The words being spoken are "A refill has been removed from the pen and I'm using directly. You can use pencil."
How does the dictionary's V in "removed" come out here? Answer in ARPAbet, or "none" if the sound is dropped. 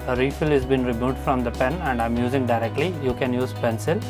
none